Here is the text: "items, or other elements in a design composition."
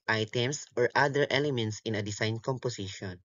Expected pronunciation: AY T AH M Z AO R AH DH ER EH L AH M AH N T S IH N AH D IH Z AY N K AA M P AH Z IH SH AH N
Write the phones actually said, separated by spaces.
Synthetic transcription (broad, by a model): AY T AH M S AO R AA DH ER EH L AH M AH N T S IH N AH D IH S AY N K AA M P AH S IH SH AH N